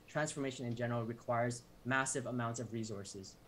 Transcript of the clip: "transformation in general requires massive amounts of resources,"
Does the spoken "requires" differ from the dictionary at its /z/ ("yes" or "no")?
no